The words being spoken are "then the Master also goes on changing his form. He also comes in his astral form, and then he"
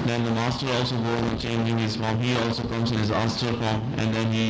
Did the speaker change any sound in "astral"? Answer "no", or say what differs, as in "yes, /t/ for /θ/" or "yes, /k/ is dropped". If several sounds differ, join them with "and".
yes, /ɹ/ is dropped